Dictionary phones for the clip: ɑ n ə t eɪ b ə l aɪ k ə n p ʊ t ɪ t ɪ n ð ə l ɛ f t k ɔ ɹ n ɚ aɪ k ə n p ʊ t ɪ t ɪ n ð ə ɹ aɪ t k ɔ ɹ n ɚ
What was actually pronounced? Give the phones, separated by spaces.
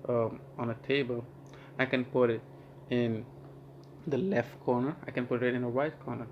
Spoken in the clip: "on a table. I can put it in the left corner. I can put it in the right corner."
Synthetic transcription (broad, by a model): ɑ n ə t eɪ b ə l aɪ k ə n p ʊ t ɪ t ɪ n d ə l ɛ f t k ɔ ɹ n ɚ aɪ k ə n p ʊ t ɪ t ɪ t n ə w aɪ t k ɔ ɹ n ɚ